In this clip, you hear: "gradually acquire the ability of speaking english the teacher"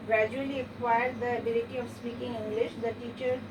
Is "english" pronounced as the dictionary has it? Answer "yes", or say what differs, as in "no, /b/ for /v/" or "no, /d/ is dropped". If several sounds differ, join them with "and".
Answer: yes